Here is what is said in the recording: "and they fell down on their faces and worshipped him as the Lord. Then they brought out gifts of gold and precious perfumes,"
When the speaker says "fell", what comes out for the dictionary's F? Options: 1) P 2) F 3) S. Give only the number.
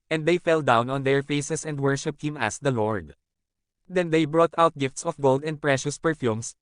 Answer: 2